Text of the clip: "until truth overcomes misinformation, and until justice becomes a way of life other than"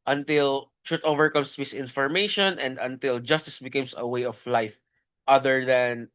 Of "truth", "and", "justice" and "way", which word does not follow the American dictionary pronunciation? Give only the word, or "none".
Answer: truth